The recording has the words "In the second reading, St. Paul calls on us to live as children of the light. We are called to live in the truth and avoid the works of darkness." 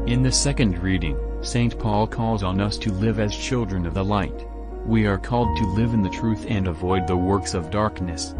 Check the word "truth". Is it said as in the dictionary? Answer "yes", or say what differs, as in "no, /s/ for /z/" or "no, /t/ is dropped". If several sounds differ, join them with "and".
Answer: yes